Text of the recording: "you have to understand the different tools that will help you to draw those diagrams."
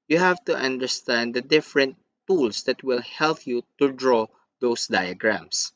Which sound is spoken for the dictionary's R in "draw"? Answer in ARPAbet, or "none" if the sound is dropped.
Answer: R